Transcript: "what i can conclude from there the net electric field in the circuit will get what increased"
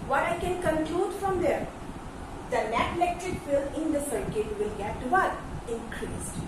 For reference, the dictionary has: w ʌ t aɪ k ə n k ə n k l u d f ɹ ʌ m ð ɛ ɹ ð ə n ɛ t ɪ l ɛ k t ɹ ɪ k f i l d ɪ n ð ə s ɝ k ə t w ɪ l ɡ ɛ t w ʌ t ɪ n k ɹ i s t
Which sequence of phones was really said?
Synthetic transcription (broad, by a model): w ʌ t aɪ k ə n k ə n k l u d f ɹ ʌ m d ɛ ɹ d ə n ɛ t ɪ l ɛ k t ɹ ɪ k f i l ɪ n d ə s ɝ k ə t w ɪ l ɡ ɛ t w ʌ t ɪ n k ɹ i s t